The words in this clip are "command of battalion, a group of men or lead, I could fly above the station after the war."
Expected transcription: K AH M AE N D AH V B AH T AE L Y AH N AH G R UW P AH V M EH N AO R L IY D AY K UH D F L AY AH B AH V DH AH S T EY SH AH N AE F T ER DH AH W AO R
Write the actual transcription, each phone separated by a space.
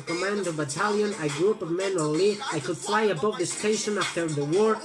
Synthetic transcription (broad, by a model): K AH M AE N D AH V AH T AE L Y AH N AH G R UW P AH V M EH N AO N L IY AY K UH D F L AY AH B AH V DH AH S T EY SH AH N AE F T ER DH AH W AO R